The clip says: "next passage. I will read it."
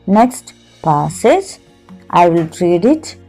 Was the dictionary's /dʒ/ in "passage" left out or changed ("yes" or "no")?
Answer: yes